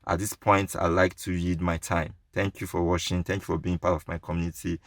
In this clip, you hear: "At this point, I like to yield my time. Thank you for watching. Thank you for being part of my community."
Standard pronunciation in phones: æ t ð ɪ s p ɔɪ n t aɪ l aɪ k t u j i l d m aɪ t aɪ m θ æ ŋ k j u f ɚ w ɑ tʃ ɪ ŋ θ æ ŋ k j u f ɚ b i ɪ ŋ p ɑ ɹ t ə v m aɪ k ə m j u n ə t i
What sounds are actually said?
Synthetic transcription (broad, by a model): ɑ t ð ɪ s p ɔɪ n t aɪ l aɪ k t u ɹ i d m aɪ t aɪ m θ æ ŋ k j u f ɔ w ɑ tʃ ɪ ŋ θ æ ŋ k j u f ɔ b i ɪ ŋ p ɑ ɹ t ə v m aɪ k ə m j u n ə t i